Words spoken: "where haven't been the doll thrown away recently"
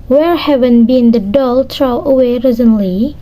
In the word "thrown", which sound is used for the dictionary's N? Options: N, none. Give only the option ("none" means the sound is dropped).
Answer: none